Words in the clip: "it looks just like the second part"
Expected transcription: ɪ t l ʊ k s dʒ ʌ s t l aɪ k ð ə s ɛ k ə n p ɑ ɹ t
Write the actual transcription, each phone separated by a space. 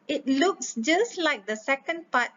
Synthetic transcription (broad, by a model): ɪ t l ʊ k s dʒ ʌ s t l aɪ k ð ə s ɛ k ə n p ɑ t